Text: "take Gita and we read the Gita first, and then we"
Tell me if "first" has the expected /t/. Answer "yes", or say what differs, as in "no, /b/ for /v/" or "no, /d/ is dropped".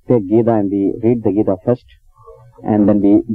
yes